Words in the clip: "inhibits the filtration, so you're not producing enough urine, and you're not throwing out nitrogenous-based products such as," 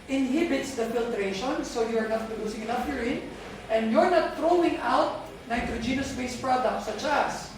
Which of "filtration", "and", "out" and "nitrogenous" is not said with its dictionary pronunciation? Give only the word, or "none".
none